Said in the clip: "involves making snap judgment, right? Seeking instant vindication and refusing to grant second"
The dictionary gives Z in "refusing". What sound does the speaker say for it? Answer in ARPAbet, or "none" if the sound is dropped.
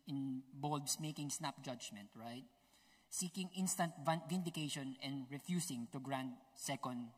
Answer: S